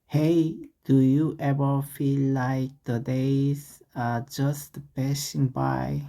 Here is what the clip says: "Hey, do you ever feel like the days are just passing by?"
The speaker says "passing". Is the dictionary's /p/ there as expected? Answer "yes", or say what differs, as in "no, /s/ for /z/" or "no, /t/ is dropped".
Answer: no, /b/ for /p/